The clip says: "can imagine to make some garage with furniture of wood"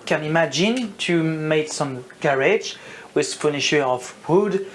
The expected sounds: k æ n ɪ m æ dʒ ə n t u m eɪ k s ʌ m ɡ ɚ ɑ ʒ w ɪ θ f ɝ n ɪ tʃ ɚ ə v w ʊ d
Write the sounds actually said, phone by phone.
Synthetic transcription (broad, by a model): k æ n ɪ m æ dʒ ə n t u m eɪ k s ʌ m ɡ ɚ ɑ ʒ w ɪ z f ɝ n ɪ ʃ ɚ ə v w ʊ d